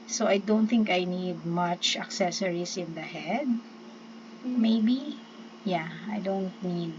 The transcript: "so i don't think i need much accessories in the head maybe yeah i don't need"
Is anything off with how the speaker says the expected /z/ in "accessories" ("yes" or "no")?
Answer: yes